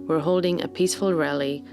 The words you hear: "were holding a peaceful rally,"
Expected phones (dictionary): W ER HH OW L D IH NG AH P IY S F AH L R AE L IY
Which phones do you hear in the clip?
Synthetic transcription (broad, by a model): W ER HH OW L D IH NG AH P IY S F AH L R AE L IY